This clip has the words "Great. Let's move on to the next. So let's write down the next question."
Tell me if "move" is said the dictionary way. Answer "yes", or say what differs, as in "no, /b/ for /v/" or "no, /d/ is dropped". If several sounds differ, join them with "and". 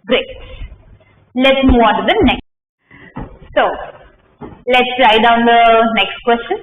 no, /v/ is dropped